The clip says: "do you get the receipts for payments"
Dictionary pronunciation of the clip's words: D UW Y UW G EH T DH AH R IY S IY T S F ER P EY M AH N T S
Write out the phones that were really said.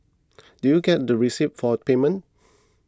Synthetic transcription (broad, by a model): D UW Y UW G EH T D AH R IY S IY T F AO P EY M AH N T